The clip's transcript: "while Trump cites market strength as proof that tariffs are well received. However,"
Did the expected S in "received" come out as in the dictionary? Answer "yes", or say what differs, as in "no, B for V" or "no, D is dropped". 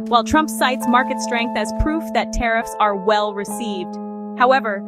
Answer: yes